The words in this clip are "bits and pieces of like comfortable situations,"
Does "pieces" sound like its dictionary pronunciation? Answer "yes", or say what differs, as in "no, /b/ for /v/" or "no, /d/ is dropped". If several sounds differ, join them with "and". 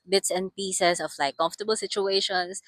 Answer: no, /s/ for /z/